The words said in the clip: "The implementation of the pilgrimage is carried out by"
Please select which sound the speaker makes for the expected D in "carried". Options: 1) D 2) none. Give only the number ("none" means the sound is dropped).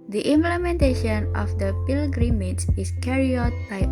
2